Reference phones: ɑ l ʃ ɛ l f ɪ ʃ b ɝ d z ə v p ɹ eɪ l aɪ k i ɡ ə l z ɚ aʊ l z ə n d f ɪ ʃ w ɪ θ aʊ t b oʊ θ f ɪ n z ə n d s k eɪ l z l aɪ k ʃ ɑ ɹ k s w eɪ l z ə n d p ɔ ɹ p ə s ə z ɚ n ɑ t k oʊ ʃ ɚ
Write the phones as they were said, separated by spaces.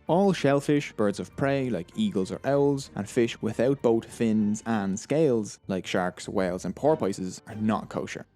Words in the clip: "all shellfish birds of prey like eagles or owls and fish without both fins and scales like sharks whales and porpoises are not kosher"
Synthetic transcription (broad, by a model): ɑ l ʃ ɛ l f ɪ ʃ b ɝ d z ə v p ɹ eɪ l aɪ k i ɡ ə l z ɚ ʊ l z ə n f ɪ ʃ w ɪ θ aʊ t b oʊ t f ɪ n z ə n s k eɪ l z l aɪ k ʃ ɑ ɹ k s w eɪ l z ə n p ɔ ɹ p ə s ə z ɚ n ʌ t k oʊ ʃ ɚ